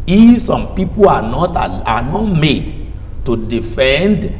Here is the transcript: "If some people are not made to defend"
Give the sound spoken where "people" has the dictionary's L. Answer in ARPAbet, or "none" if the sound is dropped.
N